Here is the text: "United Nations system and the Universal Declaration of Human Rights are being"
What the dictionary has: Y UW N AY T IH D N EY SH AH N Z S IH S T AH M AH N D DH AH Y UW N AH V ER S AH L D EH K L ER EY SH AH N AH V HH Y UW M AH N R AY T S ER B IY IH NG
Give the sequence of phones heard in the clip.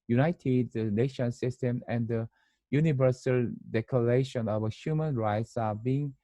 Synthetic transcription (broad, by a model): Y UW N AY T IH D N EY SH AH N S IH S T AH M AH N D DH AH Y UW N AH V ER S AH L D EH K L ER EY SH AH N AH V HH Y UW M AH N R AY T S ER B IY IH NG